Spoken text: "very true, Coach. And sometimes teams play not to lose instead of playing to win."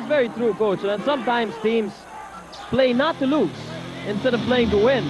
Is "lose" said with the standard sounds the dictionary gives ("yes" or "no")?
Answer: no